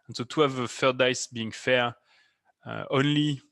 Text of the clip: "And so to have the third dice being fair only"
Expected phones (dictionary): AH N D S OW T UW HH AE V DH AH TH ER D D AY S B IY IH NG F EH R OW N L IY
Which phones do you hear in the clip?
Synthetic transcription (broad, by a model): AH N S OW T UW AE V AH F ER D D AY S B IY IH NG F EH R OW N L IY